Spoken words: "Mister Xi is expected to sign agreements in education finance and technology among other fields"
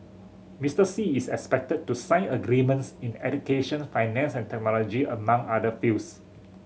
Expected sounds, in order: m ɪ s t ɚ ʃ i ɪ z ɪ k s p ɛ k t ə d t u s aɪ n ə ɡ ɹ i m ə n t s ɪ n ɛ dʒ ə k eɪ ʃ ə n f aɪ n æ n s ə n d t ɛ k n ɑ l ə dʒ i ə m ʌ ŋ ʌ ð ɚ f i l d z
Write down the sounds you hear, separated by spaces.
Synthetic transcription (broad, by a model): m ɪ s t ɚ s i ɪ s ɪ k s p ɛ k t ə d t u s aɪ n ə ɡ ɹ i m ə n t s ɪ n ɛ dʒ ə k eɪ ʃ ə n f aɪ n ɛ n s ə n t ɛ k n ɑ l ə dʒ i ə m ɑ ŋ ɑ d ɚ f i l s